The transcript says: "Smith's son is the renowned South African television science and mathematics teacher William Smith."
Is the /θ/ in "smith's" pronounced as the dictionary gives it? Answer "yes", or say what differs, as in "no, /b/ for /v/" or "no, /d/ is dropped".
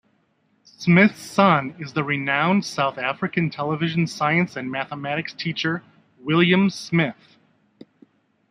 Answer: yes